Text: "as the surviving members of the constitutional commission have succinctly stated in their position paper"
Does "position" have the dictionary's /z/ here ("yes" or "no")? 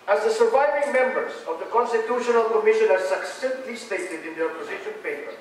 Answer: yes